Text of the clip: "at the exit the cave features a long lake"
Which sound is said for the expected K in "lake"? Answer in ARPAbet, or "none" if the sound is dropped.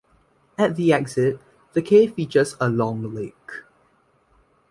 K